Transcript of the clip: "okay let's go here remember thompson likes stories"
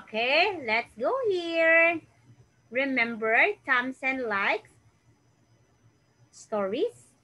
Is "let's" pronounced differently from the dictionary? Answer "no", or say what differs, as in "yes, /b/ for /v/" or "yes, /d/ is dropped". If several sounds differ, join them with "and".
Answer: no